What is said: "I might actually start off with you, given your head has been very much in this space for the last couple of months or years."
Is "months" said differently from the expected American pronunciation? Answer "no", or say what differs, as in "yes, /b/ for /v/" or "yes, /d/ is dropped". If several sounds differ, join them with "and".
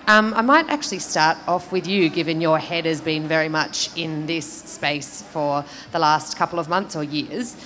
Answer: no